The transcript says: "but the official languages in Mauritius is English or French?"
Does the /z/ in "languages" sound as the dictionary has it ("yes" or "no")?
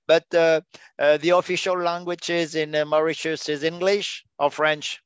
yes